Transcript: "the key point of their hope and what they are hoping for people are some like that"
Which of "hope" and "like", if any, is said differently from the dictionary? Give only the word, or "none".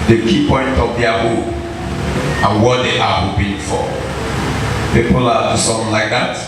hope